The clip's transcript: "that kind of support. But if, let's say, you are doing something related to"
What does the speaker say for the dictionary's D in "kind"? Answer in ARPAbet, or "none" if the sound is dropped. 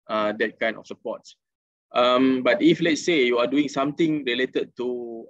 none